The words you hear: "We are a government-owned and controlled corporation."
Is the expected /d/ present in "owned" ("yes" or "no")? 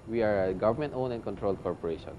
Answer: no